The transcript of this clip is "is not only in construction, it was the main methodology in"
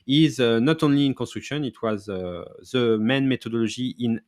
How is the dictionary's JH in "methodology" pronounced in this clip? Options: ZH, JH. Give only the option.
ZH